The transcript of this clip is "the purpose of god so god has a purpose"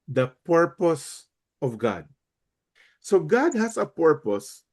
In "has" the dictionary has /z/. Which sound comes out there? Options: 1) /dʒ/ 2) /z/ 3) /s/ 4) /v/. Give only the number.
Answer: 3